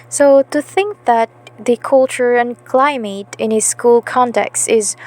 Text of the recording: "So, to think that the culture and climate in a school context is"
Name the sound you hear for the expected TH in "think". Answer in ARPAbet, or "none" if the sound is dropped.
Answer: TH